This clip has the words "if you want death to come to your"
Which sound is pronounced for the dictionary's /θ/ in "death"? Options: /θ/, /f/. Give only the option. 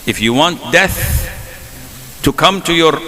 /θ/